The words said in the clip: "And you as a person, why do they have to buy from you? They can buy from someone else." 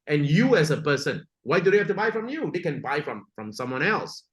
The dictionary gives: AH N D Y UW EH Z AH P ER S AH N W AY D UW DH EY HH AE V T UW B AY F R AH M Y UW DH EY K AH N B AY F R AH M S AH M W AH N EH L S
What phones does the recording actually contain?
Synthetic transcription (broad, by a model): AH N Y UW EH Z AH P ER S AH N W AY D UW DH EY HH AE F T UW B AY F R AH M Y UW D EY K AH N B AY F R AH M S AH M W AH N EH L S